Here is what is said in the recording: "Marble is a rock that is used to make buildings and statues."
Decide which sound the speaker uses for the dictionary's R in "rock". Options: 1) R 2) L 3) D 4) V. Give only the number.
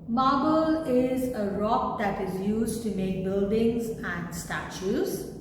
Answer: 1